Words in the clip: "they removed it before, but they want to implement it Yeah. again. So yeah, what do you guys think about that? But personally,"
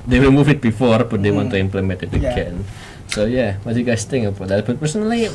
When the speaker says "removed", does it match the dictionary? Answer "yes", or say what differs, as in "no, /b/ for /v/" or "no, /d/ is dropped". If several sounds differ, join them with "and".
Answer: no, /w/ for /ɹ/